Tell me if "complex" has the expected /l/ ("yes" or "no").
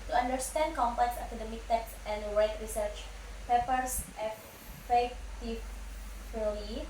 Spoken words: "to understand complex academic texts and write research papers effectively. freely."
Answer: no